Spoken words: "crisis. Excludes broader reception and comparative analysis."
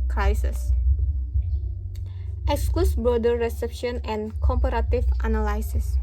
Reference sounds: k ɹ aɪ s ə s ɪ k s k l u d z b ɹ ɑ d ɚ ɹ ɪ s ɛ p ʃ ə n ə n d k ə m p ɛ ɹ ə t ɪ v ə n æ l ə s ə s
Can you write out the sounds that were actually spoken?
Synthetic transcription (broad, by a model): k ɹ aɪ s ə s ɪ k s k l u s b ɑ d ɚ ɹ ɪ s ɛ p ʃ ə n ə n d k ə m p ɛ ɹ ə t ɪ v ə n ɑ l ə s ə s